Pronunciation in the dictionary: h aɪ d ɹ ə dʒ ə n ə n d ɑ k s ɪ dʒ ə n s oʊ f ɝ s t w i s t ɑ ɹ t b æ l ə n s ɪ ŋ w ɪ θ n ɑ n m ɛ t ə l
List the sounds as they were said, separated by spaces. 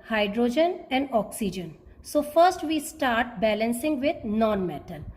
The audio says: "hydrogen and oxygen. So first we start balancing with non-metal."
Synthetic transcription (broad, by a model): h aɪ d ɹ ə dʒ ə n ə n d ɑ k s ɪ dʒ ə n s oʊ f ɝ s t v i s t ɑ ɹ t b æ l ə n s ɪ ŋ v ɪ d n ɑ n m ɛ t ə l